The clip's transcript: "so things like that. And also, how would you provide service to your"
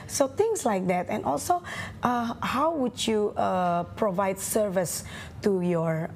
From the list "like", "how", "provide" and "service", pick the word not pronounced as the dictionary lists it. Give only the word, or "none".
none